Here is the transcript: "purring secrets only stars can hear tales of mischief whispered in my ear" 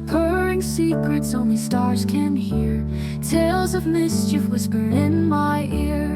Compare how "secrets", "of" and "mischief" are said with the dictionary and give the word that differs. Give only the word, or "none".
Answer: none